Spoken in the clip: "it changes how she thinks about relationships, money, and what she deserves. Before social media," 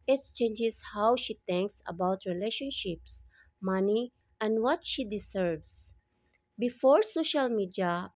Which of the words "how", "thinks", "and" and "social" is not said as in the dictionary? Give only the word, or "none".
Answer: thinks